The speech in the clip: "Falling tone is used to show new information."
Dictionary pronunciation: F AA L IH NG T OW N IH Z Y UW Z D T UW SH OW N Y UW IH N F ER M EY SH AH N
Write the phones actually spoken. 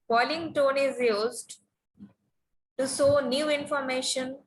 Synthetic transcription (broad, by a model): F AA L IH NG T OW N IH Z Y UW Z D T UW S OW N Y UW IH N F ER M EY SH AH N